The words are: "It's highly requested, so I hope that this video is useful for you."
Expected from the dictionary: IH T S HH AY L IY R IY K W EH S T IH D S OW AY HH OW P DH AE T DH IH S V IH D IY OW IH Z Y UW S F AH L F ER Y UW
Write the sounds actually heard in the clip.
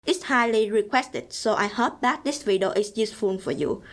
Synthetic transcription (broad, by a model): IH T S HH AY L IY R IY K W EH S T IH D S OW AY HH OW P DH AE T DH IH S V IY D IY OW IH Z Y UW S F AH N F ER Y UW